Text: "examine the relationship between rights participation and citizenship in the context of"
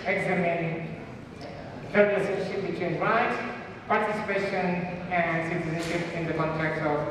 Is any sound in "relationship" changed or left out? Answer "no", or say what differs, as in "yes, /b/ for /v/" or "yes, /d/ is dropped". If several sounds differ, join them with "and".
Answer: yes, /l/ is dropped and /s/ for /ʃ/